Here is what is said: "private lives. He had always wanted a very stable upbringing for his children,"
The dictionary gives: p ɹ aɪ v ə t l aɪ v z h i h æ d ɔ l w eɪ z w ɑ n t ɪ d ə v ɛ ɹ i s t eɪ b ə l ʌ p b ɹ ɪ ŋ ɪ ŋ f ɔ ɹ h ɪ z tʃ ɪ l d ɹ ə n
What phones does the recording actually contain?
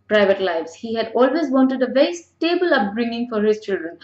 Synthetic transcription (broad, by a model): p ɹ aɪ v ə t l aɪ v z h i h æ d ɔ l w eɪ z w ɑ n t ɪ d ə v ɛ ɹ i s t eɪ b ə l ʌ p b ɹ ɪ ŋ ɪ ŋ f ɔ ɹ h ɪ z tʃ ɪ l d ɹ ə n